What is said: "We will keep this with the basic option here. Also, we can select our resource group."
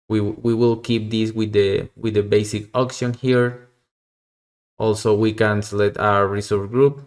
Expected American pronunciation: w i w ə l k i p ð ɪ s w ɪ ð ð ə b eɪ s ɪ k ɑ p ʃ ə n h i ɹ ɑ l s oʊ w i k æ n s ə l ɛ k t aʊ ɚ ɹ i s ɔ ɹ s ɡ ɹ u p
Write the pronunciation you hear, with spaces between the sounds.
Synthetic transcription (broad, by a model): w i w ə l k i p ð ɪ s w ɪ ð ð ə b eɪ s ɪ k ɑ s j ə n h i ɹ ɑ l s oʊ w i k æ n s l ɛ t aʊ ɚ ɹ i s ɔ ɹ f ɡ ɹ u p